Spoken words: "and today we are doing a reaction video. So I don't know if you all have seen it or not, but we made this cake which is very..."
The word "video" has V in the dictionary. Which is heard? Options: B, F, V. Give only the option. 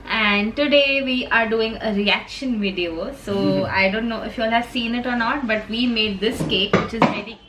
V